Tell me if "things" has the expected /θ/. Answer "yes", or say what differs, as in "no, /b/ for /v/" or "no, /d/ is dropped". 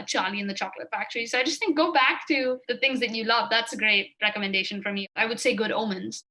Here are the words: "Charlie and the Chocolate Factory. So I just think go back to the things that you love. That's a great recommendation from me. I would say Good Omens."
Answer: yes